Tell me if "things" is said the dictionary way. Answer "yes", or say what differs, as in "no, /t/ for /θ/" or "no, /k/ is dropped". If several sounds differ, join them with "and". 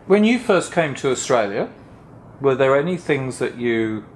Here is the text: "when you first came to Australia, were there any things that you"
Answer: yes